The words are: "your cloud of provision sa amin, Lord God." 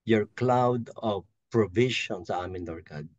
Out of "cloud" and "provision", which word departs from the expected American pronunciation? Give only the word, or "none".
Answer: provision